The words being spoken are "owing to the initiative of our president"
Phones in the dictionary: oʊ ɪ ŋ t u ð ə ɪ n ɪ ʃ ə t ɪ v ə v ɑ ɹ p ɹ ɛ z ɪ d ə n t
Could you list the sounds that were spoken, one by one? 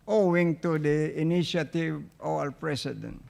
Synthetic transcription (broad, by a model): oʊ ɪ ŋ t u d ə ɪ n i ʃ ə t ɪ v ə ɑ l p ɹ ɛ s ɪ d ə n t